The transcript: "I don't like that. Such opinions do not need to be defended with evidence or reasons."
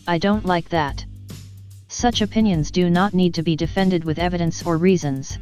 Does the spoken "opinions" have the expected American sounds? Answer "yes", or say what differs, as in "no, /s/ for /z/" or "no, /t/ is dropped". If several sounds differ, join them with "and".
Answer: yes